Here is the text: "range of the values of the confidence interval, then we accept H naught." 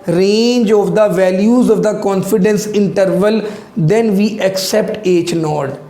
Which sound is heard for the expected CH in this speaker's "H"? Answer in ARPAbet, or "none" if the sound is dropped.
CH